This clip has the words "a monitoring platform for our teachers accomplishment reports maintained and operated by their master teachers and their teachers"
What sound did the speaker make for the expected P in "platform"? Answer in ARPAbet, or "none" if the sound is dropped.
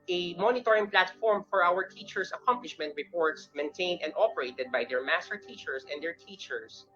P